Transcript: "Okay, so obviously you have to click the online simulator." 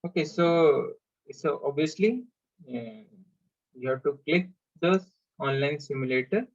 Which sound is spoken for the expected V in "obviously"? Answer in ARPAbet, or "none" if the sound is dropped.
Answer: none